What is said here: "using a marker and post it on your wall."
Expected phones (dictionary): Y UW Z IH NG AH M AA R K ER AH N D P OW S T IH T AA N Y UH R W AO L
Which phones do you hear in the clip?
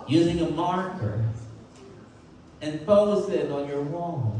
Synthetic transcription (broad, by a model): Y UW Z IH NG AH M AA R K ER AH N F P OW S IH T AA N Y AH R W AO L